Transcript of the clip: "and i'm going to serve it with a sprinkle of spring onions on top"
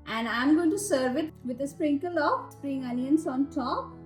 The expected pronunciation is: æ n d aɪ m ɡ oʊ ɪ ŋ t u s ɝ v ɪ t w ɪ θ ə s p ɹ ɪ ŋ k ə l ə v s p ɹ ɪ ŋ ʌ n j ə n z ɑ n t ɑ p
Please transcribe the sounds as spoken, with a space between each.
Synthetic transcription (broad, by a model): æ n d aɪ m ɡ oʊ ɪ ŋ t u s ɝ v ɪ t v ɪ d ə s p ɹ ɪ ŋ k ə l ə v s p ɹ ɪ ŋ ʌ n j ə n s ɑ n t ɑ p